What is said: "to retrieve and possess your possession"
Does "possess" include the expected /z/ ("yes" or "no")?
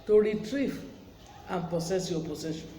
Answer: no